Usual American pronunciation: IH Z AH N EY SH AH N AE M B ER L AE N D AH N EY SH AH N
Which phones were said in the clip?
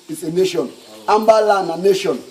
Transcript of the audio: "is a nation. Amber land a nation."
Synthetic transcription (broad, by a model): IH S AH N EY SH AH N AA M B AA L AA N AH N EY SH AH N